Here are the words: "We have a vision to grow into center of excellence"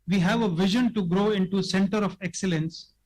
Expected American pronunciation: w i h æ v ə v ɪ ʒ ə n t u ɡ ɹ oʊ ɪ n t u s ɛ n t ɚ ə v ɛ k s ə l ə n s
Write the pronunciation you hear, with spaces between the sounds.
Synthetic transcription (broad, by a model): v i h æ v ə v ɪ ʒ ə n t u ɡ ɹ oʊ ɪ n t u s ɛ n t ɚ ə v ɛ k s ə l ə n s